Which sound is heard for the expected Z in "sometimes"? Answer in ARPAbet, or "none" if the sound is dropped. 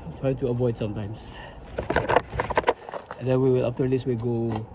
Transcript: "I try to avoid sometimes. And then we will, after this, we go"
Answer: S